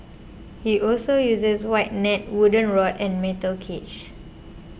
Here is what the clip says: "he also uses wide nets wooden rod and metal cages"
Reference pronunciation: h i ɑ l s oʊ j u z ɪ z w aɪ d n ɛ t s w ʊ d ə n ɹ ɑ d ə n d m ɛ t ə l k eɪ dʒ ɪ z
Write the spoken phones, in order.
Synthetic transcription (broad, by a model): h i ɑ l s oʊ j u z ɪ s w aɪ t n ɛ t w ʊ d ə n ɹ ɑ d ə n m ɛ t ə l k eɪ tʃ